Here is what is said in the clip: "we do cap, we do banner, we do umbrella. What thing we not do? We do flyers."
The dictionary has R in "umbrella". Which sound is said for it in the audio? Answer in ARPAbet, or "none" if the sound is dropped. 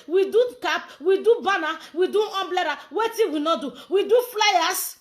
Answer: L